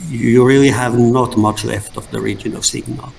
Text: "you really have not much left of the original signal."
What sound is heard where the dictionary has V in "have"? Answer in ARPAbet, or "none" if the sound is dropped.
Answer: V